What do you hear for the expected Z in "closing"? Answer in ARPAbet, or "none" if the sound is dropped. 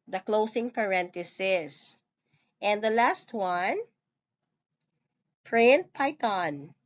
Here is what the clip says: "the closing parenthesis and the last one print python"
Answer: S